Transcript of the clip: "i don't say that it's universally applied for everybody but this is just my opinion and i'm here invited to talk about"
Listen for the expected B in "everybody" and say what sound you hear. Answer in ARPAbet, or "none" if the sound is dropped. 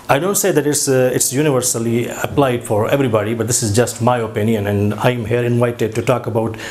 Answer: B